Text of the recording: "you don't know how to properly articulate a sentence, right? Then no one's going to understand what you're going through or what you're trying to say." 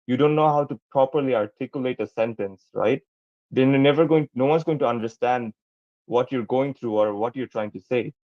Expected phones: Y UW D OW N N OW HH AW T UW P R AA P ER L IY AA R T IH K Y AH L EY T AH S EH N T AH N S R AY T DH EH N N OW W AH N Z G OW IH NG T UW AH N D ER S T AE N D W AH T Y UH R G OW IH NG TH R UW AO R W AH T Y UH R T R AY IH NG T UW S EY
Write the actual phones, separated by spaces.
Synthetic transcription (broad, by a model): Y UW D OW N N OW HH AW T UW P R AA P ER L IY AA R T IH K Y AH L EY T AH S EH N T AH N S R AY T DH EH N N OW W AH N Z G OW IH NG T UW AH N D ER S T AE N D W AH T Y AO R G OW IH NG T R UW AO R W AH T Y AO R T R AY IH NG T UW S EY